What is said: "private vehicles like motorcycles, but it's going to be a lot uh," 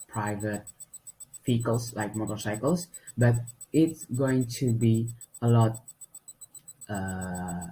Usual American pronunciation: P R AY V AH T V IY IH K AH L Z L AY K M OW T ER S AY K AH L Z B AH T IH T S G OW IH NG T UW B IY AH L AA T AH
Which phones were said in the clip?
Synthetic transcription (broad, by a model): P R AY V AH T F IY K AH L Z L AY K M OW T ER S AY K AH L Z B AH T IH T S G OW IH NG T UW B IY AH L AA T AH